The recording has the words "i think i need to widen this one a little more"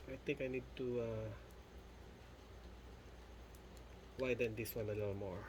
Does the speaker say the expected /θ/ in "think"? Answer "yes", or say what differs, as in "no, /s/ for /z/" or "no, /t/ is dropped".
no, /t/ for /θ/